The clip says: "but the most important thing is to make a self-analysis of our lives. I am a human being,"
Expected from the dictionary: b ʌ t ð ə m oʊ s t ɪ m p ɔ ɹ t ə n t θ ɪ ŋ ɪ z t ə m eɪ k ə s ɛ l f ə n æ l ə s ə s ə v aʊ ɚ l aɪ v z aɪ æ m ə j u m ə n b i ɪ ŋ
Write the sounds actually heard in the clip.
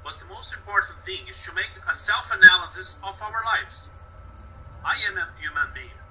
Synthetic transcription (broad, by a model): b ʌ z ð ə m oʊ s t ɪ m p ɔ ɹ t n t θ ɪ ŋ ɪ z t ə m eɪ k ə s ɛ l f ə n æ l ə s ə s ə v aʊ ɚ l aɪ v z aɪ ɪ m ə j u m ə n b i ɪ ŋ